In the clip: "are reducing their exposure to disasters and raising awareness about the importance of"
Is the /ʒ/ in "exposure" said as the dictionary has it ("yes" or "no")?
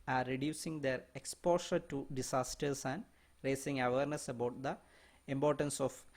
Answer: no